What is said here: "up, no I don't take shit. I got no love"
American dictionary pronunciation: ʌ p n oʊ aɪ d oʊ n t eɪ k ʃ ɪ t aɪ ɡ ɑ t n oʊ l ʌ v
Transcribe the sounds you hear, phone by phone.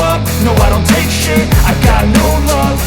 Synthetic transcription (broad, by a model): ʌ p n oʊ aɪ d oʊ n t eɪ k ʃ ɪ aɪ ɡ ɑ t n oʊ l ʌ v